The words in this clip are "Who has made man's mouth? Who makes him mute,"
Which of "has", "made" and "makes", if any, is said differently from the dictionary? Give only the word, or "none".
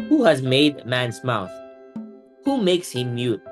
none